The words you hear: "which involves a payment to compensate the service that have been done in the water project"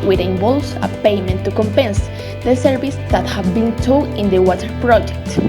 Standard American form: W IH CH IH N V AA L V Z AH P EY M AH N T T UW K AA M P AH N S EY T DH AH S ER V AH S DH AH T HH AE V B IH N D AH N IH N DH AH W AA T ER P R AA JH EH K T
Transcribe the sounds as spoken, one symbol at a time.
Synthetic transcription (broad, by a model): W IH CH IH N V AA L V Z AH P EY M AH N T T UW K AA M P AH N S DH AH S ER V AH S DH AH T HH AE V B IH N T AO IH N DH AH W AA T ER P R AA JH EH K T